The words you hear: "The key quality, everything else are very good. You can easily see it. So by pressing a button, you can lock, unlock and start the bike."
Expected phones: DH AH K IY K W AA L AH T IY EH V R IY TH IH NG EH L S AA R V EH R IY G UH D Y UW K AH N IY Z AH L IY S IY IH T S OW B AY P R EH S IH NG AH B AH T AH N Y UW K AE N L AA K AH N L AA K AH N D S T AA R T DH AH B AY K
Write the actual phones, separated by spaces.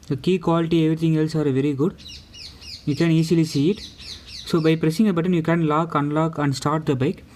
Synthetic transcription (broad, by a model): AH K IY K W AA L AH T IY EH V R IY T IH NG EH L S AA R V EH R IY G UH D Y UW K AH N IY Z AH L IY S IY IH T S OW B AY P R EH S IH NG AH B AH T AH N Y UW K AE N L AA K AH N L AA K AH N D S T AA R T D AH B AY K